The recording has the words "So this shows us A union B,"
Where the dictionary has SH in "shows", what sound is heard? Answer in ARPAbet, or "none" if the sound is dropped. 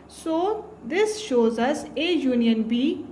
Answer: SH